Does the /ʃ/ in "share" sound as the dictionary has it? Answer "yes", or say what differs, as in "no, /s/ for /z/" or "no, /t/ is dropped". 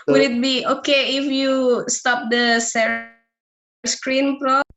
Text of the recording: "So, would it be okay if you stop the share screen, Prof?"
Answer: no, /s/ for /ʃ/